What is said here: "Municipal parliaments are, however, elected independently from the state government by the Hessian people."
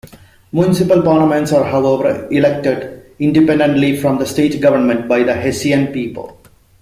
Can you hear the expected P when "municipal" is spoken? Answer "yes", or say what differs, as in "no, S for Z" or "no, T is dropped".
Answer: yes